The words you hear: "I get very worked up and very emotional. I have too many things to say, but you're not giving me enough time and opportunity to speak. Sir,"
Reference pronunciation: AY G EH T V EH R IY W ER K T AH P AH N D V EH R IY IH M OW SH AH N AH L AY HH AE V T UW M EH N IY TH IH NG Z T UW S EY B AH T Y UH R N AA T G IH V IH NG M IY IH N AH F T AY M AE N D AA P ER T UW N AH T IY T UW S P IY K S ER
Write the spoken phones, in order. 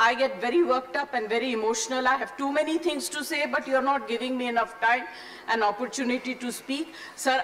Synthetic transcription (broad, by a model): AY G EH T V EH R IY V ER K T AH P AH N D V EH R IY IH M OW SH AH N AH L AY HH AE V T UW M EH N IY T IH NG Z T UW S EY B AH T Y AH R N AA T G IH V IH NG M IY IH N AH F T AY M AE N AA P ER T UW N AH T IY T UW S P IY K S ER